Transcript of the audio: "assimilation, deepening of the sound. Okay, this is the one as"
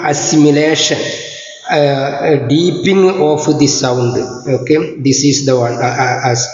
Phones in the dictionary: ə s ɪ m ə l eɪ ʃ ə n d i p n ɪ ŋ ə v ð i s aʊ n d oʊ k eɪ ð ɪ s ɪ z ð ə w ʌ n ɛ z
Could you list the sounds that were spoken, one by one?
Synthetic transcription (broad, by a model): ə s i m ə l eɪ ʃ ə n d i p ɪ ŋ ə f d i s aʊ n d oʊ k eɪ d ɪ s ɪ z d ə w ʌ n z